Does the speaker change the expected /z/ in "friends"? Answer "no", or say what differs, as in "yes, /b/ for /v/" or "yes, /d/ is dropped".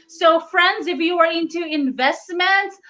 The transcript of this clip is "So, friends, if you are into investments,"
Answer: no